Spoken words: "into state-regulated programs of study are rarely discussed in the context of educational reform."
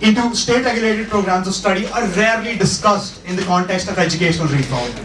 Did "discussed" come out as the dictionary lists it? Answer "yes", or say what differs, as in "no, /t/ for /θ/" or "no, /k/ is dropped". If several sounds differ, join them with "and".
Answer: yes